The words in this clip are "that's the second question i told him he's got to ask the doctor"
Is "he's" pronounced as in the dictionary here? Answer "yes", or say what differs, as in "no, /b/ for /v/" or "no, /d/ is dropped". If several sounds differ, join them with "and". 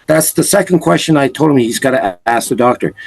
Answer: yes